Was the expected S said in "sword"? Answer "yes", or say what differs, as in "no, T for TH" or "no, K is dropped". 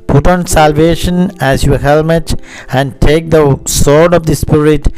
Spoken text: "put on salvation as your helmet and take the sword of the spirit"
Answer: yes